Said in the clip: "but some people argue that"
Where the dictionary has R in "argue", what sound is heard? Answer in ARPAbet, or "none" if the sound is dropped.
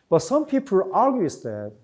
L